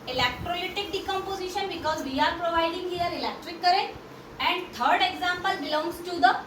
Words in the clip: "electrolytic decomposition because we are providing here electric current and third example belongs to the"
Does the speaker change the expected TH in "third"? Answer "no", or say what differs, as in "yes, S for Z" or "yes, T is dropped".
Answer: yes, T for TH